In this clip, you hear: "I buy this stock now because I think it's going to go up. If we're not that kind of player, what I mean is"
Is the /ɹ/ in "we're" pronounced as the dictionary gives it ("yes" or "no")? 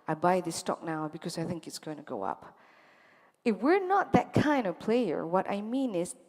yes